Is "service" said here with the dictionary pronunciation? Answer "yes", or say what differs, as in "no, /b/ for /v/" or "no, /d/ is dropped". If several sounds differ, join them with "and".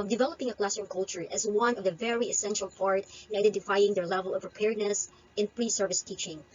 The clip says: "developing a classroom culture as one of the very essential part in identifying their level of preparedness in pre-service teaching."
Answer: yes